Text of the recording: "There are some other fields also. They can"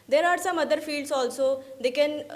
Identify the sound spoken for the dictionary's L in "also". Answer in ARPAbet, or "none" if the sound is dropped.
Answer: L